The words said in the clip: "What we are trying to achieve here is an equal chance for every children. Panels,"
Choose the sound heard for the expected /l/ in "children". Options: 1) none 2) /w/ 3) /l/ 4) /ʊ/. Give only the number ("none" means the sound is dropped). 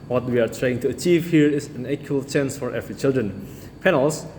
3